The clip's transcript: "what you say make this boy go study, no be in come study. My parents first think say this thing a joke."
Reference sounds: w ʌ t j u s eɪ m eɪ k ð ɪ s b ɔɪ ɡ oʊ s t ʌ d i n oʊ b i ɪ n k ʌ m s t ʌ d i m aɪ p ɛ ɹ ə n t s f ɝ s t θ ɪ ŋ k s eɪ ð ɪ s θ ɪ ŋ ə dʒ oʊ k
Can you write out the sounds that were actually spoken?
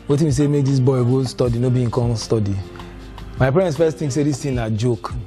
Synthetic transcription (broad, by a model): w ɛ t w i s eɪ m eɪ k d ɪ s b ɔɪ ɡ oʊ s t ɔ d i n oʊ b i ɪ k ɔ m s t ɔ d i m aɪ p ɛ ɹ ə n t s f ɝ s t t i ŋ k s eɪ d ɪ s t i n ə dʒ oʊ k